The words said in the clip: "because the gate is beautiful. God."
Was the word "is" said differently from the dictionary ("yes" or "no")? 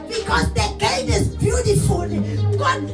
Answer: yes